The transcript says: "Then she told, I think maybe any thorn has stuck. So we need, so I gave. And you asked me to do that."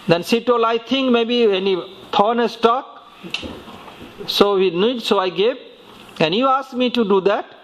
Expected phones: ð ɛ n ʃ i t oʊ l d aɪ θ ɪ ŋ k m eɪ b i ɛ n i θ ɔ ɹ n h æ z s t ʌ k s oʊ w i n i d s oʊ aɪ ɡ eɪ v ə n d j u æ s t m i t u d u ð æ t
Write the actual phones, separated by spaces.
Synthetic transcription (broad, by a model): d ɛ n s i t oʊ l aɪ t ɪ ŋ k m eɪ b i ɛ n i t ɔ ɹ n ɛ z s t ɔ k s oʊ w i n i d s oʊ aɪ ɡ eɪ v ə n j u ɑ s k m i t u d u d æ t